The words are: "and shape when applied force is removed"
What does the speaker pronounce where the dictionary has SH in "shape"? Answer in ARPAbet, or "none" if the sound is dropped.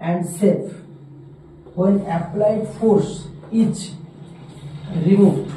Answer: S